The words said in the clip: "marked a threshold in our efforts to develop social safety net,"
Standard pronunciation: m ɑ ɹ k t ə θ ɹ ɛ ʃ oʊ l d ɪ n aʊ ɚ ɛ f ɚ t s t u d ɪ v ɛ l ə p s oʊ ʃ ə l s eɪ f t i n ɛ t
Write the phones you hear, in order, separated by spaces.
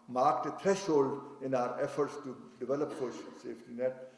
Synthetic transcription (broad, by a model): m ɑ ɹ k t ə t ɹ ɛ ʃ oʊ l d ɪ n aʊ ɚ ɛ f ɚ t s t u d ɪ v ɛ l ə p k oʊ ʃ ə n s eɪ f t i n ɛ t